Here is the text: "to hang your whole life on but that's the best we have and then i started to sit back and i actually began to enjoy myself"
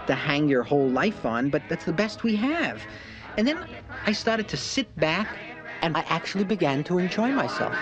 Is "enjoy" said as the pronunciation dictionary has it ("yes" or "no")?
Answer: yes